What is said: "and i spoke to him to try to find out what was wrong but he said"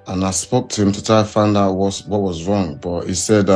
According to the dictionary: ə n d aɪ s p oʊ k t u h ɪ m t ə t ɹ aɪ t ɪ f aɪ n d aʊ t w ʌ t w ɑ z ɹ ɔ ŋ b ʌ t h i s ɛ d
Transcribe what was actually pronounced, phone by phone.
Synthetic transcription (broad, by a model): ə n aɪ s p oʊ k t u h ɪ m t ə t aɪ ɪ f aɪ n d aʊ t w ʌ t w ɑ z ɹ ɔ ŋ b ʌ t h i s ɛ d